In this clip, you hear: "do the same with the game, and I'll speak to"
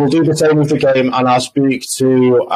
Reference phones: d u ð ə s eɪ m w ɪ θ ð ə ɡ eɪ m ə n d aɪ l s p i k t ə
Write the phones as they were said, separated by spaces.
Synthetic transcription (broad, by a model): d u ð ə s eɪ m w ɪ ð ə ɡ eɪ m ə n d aɪ l s p i k t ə